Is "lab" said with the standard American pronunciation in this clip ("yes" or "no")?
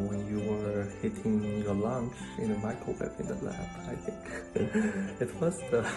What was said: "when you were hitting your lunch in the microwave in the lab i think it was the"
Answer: no